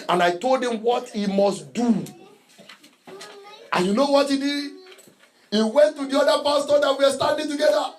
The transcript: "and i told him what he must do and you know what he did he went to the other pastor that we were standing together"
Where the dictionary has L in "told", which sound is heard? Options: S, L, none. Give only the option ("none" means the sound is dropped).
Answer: L